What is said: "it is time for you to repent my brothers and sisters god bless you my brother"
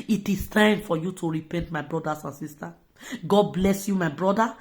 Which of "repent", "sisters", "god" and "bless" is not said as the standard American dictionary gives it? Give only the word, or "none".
sisters